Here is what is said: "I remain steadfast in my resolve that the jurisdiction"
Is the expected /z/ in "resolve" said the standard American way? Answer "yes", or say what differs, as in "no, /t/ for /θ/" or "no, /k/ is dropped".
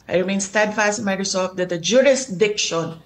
no, /s/ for /z/